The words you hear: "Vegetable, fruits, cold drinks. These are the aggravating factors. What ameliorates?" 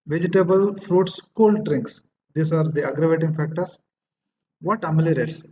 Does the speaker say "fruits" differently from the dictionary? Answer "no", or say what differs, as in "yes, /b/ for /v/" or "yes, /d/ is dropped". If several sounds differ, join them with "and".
no